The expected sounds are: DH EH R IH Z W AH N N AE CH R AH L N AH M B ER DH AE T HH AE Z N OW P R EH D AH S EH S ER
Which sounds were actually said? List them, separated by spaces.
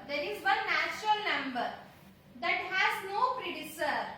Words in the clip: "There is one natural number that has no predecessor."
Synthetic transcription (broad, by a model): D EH R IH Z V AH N N AE CH R AH L N AH M B ER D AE T HH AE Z N OW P R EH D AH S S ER